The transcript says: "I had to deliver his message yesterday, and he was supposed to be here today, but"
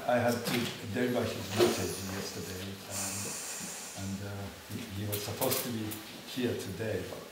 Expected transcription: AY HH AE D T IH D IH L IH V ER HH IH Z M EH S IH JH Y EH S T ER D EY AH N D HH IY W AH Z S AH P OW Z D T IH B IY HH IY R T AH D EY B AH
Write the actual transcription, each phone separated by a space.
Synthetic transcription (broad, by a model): AY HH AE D T IH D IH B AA IH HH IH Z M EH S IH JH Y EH S T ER D EY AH N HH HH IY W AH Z S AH P OW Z T IH B IY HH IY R T AH D EY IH